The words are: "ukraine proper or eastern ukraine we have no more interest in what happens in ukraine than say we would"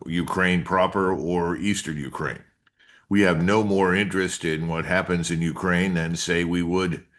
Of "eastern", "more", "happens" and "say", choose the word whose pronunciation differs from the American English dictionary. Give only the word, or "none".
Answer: none